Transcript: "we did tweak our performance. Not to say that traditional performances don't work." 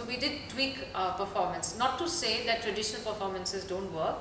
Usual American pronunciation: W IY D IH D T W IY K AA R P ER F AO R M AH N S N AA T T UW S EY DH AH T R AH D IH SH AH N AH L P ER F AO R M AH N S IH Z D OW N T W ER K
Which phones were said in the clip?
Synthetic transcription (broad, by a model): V IY D IH D T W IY K P ER F AO R M AH N S N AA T T UW S EY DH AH T R AH D IH SH AH N AH L P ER F AO R M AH N S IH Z D OW N T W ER K